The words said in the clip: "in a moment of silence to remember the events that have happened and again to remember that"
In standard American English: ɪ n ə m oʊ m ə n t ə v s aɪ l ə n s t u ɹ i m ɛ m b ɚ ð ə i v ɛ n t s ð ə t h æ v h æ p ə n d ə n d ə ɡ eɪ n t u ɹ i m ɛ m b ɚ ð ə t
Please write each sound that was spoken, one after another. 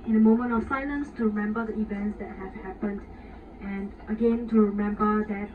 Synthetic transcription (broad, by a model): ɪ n ə m oʊ m ə n t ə f s aɪ l ə n s t u ɹ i m ɛ m b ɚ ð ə i v ɛ n t s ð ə t h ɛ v h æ p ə n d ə n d ə ɡ eɪ n t u ɹ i m ɛ m b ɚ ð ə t